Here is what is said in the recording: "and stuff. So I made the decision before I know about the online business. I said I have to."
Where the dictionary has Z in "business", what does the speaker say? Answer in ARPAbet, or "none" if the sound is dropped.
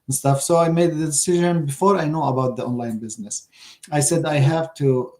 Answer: Z